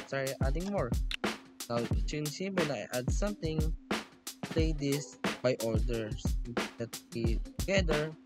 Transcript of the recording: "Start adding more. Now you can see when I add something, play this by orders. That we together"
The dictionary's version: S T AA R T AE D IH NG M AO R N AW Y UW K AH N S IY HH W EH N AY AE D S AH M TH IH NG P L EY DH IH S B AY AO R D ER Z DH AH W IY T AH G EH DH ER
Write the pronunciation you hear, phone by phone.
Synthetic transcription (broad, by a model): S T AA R T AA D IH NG M AO R N AW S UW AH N S IY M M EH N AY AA D S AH M T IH NG P L EY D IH S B AY AO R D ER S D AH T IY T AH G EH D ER